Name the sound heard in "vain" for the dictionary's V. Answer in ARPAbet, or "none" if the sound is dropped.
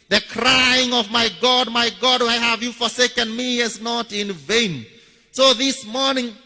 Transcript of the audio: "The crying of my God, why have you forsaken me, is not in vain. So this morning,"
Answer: V